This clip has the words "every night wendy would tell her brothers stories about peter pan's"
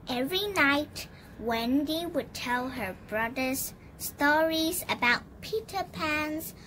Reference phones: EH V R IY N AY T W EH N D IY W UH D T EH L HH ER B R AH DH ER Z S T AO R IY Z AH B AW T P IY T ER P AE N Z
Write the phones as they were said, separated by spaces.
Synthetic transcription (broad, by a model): EH V R IY N AY T W EH N D IY W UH D T EH L HH ER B R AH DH ER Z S T AO R IY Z AH B AW T P IY T ER P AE N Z